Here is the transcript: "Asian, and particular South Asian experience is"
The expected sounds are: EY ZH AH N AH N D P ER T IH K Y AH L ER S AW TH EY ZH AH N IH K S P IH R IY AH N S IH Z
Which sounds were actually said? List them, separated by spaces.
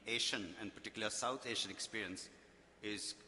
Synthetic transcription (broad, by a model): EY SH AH N AH N D P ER T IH K Y L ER S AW T EY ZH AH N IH K S P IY R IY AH N S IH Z